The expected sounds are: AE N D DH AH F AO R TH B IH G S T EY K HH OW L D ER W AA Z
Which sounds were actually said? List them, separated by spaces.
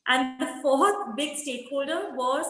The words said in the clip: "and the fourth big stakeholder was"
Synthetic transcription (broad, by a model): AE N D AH F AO R T B IH G S T EY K HH OW L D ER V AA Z